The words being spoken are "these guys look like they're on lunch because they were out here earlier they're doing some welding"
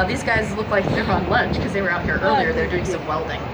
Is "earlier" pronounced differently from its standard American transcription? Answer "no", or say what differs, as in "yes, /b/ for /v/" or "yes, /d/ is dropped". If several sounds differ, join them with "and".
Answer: no